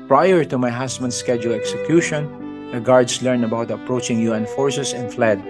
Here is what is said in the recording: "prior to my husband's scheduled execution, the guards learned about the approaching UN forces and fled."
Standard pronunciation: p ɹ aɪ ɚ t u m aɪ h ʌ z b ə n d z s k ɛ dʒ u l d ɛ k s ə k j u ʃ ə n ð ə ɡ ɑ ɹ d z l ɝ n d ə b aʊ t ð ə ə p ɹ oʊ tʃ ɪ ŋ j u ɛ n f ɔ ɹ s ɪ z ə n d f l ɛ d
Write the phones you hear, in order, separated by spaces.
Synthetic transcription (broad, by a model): p ɹ aɪ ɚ t u m aɪ h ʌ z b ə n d s k ɛ dʒ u l ɛ k s ə k j u ʃ ə n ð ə ɡ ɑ ɹ d s l ɝ n ə b aʊ t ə ə p ɹ oʊ tʃ ɪ ŋ j u ɛ n f ɔ ɹ s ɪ s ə n f l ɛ d